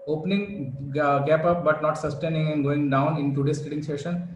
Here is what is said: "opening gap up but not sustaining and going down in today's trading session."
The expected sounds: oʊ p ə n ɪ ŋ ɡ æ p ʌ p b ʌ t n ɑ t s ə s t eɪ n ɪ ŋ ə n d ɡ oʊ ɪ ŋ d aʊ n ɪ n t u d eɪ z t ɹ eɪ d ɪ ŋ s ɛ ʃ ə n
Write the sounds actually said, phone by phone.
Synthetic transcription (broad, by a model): oʊ p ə n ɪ ŋ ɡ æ p ʌ p b ʌ t n ɑ t s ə s t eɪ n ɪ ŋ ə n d ɡ oʊ ɪ ŋ d aʊ n ɪ n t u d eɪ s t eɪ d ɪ ŋ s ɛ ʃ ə n